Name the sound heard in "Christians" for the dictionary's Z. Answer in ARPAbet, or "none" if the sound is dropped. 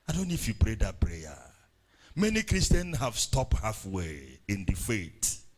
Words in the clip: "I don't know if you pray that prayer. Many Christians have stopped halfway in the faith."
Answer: none